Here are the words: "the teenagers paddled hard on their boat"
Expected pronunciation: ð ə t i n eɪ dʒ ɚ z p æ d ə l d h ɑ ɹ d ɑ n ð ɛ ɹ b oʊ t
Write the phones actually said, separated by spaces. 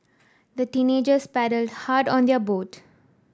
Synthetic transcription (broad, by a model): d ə t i n eɪ dʒ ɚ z p æ d ə l d h ɑ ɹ d ɑ n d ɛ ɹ b oʊ t